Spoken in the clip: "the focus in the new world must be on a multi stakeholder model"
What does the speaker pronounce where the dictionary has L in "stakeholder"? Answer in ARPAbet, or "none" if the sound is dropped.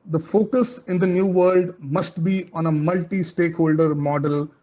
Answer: L